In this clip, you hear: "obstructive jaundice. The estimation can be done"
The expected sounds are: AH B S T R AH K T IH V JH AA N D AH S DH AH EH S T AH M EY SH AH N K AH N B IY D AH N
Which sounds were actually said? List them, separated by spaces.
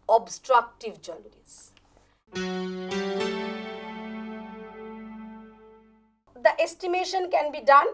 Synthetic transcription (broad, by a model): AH B S T R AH K T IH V JH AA L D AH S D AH EH S T AH M EY SH AH N K AH N B IY D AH N